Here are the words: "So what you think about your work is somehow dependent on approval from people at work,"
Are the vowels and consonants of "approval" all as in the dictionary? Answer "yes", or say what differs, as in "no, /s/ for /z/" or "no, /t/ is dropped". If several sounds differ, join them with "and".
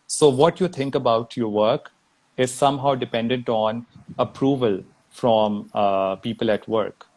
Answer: yes